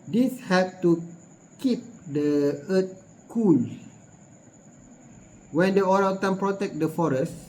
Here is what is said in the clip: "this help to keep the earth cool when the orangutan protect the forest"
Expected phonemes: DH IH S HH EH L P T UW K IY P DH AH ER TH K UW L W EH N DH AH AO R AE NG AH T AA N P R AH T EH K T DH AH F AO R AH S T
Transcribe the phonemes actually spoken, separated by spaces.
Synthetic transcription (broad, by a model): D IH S HH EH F T UW K IY P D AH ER T K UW N W EH N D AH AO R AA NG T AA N P R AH T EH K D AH F AO R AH S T